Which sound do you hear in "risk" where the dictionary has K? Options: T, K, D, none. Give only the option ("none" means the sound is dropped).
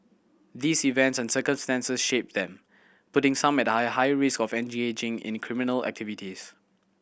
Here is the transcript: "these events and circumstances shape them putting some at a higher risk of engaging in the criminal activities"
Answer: K